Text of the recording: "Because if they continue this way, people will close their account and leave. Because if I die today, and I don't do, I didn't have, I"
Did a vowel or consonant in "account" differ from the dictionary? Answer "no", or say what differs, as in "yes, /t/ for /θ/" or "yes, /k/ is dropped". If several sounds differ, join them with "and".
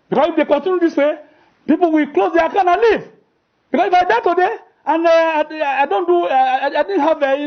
yes, /t/ is dropped